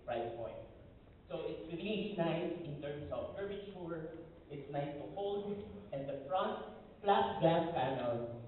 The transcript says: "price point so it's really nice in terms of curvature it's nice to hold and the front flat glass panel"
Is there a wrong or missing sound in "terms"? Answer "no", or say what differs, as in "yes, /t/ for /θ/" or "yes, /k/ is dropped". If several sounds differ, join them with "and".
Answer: yes, /s/ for /z/